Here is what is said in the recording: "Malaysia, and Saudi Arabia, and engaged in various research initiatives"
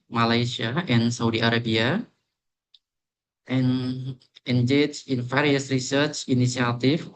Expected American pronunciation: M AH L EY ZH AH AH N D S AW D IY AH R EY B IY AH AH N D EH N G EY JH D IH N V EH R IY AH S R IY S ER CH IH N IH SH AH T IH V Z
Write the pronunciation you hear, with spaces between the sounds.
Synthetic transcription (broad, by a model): M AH L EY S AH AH N S AW D IY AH R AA B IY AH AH N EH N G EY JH IH N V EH R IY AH S R IY S ER CH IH N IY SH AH T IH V